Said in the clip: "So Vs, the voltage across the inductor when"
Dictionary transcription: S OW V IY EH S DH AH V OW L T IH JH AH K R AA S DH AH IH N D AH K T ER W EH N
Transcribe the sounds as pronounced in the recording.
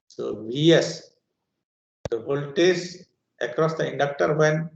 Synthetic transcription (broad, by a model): S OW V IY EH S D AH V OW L T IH Z AH K R AA S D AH IH N D AH K T ER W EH N